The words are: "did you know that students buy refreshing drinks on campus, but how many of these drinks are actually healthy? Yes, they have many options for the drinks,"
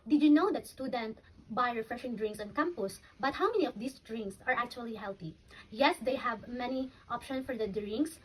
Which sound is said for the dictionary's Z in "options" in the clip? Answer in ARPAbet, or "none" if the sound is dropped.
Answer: S